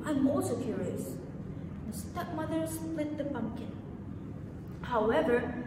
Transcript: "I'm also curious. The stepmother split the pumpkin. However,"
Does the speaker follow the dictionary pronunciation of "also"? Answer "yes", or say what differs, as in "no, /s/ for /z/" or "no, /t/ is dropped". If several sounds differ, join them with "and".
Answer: no, /l/ is dropped